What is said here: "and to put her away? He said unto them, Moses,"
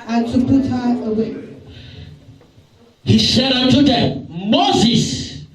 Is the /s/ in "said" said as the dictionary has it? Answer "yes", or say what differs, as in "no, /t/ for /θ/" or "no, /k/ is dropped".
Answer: no, /ʃ/ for /s/